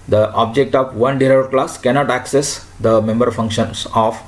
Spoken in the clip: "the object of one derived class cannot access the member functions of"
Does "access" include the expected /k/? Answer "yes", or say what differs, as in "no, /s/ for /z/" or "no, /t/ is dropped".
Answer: yes